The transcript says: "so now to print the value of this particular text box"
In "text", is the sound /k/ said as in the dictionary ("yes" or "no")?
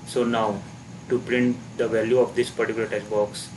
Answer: no